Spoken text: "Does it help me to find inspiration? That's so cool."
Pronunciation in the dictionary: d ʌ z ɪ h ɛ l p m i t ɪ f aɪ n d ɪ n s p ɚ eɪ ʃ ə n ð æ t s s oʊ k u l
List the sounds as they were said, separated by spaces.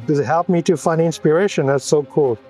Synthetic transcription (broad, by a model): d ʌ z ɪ h ɛ l p m i t ɪ f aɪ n ɪ n s p ɚ eɪ ʃ ə n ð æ t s s oʊ k u l